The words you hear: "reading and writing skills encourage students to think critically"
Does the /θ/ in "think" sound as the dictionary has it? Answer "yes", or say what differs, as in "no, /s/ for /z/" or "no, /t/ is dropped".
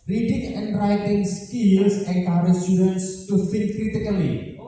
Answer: no, /f/ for /θ/